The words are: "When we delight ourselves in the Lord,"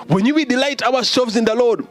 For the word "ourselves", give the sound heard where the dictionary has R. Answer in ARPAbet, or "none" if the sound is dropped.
W